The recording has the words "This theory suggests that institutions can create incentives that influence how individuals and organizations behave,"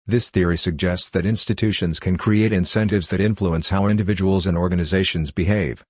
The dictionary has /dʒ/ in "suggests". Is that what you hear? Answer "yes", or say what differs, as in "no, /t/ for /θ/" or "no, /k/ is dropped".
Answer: yes